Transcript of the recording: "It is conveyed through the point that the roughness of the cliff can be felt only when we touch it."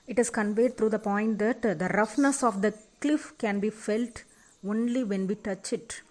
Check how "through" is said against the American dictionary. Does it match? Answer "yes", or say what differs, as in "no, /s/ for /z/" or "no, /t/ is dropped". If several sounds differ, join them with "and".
no, /t/ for /θ/